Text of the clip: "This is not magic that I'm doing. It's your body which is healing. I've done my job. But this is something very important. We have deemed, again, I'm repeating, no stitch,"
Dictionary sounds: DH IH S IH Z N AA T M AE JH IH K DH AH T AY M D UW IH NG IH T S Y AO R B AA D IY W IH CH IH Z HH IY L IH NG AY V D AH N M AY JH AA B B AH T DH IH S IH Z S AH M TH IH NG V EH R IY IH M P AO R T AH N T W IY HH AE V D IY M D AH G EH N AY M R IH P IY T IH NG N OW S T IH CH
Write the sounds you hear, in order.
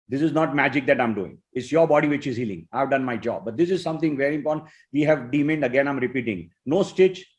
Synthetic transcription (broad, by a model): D IH S IH Z N AA T M AE JH IH K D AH T AY M D UW IH NG IH T S Y AO R B AA D IY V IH CH IH Z HH IY L IH NG AY V D AH N M AY JH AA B B AH T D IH S IH Z S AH M T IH NG V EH R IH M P AO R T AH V IY HH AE V D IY M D AH G EH N AY M R IH P IY T IH NG N OW S T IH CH